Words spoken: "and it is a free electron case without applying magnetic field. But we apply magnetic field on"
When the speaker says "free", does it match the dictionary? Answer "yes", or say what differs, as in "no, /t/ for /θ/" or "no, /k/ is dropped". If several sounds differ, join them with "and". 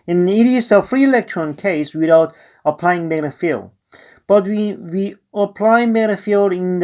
yes